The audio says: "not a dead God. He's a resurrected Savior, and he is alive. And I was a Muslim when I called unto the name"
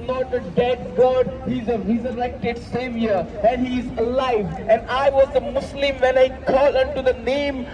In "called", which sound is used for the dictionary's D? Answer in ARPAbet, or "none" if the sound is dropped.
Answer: none